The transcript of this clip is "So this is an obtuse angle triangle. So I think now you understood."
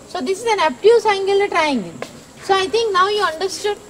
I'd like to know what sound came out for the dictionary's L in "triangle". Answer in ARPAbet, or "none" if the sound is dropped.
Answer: N